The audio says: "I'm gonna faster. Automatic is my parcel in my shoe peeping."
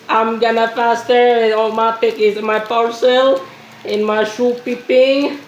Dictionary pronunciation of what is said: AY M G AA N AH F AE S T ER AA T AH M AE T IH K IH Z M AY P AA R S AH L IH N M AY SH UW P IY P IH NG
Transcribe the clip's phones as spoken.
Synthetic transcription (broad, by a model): AY M G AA N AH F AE S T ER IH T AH M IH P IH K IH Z M AY P AA R S AH L IH N M AY SH UW P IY P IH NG